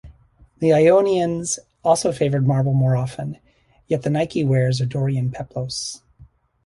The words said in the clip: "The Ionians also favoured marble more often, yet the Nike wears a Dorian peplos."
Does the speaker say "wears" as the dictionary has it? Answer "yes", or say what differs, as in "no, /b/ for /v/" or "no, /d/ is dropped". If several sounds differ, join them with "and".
yes